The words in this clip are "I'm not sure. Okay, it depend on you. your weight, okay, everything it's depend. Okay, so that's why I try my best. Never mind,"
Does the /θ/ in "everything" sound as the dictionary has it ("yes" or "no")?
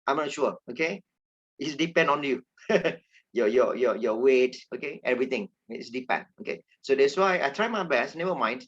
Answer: no